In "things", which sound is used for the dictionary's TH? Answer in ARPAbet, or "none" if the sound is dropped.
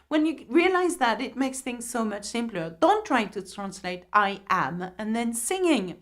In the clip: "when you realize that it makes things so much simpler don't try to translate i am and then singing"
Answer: TH